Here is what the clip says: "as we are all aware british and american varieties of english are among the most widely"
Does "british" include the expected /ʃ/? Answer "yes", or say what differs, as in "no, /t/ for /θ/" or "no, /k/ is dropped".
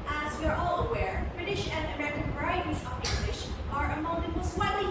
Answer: yes